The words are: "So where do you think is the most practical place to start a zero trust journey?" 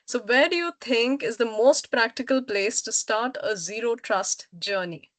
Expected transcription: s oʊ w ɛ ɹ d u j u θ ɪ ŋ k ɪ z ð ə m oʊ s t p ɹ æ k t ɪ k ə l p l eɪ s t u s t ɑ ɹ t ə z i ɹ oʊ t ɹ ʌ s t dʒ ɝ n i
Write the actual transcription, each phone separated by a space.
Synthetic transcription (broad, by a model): s oʊ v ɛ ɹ d u j u t ɪ ŋ k ɪ z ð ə m oʊ s t p ɹ æ k t ɪ k ə l p l eɪ s t u s t ɑ ɹ t ə z i ɹ oʊ t ɹ ʌ s t dʒ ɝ n i